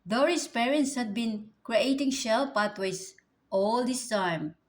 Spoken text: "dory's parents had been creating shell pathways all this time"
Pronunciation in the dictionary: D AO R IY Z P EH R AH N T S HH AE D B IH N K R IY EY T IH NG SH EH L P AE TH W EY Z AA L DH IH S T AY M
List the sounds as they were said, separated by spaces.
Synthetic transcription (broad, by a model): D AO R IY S P EH R AH N T S HH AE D B IH N K R IY EY T IH NG SH EH L P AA T W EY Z AA L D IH S T AY M